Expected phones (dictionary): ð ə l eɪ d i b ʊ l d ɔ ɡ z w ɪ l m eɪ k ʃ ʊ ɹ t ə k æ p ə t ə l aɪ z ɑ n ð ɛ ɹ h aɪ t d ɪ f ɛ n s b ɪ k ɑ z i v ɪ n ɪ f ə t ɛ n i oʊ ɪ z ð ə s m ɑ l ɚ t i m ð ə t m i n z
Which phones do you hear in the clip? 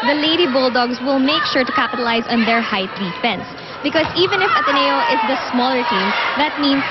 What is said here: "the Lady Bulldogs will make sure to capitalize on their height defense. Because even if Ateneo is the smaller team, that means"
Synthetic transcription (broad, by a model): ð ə l eɪ d i b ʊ l d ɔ ɡ s w ɪ l m eɪ k ʃ ʊ ɹ t ə k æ p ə t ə l aɪ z ɑ n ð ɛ ɹ h aɪ t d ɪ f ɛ n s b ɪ k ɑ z i v ɪ n ɪ f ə t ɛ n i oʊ ɪ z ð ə s m ɑ l ɚ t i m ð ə t m i n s